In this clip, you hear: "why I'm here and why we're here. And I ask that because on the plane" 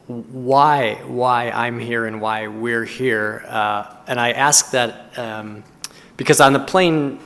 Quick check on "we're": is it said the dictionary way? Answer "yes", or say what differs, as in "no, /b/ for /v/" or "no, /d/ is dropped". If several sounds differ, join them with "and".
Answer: yes